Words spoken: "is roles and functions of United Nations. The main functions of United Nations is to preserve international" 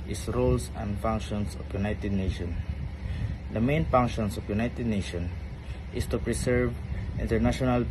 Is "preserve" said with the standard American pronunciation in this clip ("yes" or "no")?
no